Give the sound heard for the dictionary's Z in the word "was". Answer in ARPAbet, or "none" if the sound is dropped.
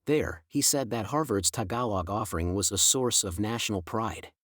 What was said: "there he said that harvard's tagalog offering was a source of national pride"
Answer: Z